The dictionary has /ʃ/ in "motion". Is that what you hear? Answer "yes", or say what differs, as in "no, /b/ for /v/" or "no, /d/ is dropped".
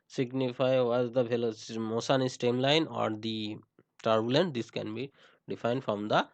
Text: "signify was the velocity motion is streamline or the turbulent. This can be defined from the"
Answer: no, /s/ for /ʃ/